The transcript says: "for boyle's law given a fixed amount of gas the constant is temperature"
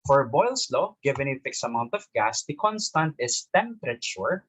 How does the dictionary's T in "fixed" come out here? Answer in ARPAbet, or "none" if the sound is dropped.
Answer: none